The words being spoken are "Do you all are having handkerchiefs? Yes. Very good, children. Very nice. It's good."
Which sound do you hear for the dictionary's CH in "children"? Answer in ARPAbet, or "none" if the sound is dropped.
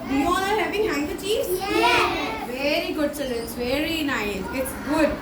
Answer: S